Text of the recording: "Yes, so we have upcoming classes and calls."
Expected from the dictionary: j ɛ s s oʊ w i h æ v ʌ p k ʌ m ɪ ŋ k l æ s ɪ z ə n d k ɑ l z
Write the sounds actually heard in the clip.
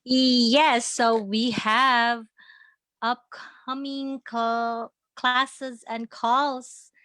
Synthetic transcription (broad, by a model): j ɛ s s oʊ w i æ v ʌ p k ʌ m ɪ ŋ k l æ s ɪ z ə n k ɑ l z